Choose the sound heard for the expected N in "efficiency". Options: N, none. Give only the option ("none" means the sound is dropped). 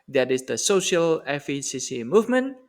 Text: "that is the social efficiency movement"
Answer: none